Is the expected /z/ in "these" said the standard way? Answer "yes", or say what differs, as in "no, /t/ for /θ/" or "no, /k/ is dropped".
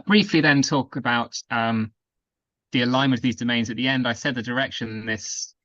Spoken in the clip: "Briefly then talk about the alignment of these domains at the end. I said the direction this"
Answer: yes